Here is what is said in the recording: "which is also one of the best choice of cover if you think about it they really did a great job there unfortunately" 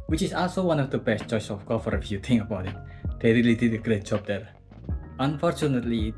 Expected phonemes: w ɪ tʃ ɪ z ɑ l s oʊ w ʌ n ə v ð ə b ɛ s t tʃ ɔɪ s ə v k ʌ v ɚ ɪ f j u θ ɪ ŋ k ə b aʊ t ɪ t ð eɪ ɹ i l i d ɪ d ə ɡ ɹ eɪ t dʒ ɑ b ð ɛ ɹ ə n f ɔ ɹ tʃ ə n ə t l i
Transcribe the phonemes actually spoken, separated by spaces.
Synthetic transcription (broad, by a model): w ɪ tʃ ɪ s ɑ l s oʊ w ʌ n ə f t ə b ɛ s tʃ ɔɪ s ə f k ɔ f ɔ ɪ f j u t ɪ ŋ ə b aʊ t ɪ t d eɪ ɹ i l i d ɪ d ə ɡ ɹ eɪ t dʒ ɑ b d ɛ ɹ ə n f ɔ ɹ tʃ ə n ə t l i